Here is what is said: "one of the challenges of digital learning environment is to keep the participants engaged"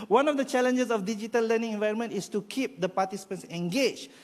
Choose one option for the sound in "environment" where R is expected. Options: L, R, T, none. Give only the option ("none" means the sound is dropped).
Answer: R